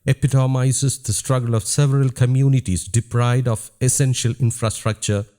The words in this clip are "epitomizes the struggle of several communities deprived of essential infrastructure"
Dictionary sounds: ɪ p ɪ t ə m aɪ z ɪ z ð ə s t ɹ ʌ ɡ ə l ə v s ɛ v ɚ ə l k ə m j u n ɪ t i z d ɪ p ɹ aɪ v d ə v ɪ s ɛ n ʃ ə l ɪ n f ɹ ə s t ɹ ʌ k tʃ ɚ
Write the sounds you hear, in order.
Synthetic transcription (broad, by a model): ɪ p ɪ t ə m aɪ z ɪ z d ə s t ɹ ʌ ɡ ə l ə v s ɛ v ɚ ə l k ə m j u n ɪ t i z d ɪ p ɹ aɪ d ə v ɪ s ɛ n ʃ ə l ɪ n f ɹ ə s t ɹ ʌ k tʃ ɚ